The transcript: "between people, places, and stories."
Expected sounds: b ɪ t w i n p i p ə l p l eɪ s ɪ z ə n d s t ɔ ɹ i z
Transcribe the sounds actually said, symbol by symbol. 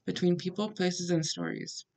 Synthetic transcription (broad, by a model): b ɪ t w i n p i p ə l p l eɪ s ɪ z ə n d s t ɔ ɹ i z